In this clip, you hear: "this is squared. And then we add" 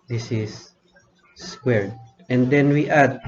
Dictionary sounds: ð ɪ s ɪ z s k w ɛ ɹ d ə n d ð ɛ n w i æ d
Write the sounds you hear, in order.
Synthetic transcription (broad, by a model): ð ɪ s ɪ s s k w ɛ ɹ d ə n d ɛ n w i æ d